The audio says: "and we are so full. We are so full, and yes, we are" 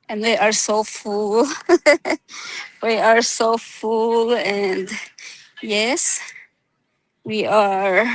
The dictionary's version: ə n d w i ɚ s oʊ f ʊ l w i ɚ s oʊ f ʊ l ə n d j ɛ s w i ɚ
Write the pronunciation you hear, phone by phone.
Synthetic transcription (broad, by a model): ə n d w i ɚ s oʊ f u l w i ɚ s oʊ f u l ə n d j ɛ s w i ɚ